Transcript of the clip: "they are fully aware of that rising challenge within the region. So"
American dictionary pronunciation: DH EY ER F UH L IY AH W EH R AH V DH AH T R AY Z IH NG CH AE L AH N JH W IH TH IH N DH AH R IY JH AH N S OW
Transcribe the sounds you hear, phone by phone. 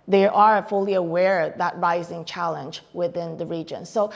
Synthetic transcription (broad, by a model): DH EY ER F UH L IY AH W EH R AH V DH AH T R AY Z IH NG CH AE L AH N JH W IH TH IH N DH AH R IY JH AH N S OW